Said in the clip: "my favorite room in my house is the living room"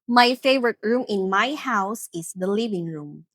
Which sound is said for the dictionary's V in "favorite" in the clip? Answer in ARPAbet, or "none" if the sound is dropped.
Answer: V